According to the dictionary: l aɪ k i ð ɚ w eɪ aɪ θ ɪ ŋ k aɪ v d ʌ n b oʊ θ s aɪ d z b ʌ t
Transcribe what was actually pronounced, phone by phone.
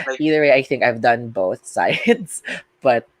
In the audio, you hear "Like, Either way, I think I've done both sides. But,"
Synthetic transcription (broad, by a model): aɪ i ð ɚ w eɪ aɪ θ ɪ ŋ k aɪ v d ʌ n b oʊ θ s aɪ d s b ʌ t